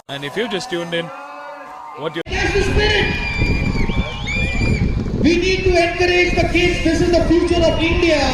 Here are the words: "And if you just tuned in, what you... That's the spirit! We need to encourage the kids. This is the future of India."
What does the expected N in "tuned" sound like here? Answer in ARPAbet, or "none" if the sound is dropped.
N